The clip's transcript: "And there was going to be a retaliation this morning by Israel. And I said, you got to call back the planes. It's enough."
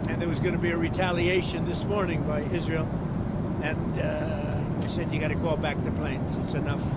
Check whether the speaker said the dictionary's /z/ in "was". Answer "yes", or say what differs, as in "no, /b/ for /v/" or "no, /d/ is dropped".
yes